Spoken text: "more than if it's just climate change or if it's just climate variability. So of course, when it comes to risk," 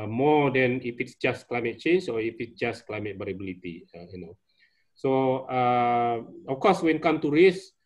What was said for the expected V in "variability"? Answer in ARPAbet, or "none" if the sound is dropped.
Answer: B